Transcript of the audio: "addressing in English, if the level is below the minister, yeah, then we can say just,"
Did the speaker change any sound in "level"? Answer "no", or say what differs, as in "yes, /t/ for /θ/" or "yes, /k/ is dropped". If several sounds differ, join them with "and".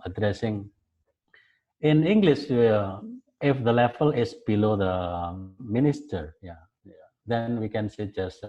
yes, /f/ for /v/